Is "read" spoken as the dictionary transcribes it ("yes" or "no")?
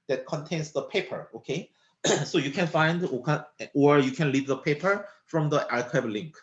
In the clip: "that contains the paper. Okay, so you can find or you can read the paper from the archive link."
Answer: no